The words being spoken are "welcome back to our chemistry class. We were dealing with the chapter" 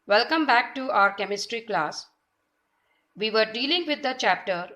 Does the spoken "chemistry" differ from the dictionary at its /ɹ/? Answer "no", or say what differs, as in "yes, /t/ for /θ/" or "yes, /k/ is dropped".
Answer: no